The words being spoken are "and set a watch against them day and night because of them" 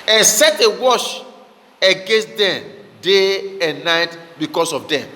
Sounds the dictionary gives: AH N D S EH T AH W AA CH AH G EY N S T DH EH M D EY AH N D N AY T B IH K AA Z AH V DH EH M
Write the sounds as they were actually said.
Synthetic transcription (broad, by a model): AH N S EH T AH W AA SH AH G EY N S T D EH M D EY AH N N AY T B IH K AA S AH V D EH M